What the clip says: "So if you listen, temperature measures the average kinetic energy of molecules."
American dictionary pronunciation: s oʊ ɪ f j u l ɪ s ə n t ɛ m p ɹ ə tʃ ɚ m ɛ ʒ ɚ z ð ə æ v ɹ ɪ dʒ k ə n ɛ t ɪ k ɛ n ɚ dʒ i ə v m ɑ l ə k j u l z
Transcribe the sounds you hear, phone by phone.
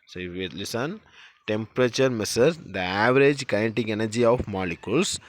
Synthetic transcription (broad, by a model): s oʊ ɪ f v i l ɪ s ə n t ɛ m p ɹ ə tʃ ɚ m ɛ s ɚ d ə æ v ɹ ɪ dʒ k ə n t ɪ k ɛ n ɚ dʒ i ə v m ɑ l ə k j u l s